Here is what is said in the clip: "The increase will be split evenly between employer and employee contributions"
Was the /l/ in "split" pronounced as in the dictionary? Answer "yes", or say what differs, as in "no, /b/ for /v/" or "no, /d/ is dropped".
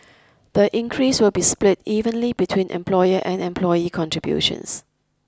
yes